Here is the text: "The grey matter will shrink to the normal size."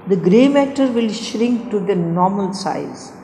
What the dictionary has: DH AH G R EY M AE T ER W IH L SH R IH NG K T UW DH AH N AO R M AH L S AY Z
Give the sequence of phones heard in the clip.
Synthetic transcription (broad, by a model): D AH G R EY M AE T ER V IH L SH R IH NG K T UW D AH N AO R M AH L S AY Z